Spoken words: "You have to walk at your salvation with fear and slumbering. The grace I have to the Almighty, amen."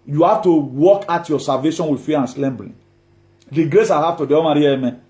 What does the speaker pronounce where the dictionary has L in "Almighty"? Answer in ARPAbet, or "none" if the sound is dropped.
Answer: none